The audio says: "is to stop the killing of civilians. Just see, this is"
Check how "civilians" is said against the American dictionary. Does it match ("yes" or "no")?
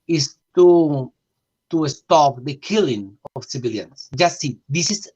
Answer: no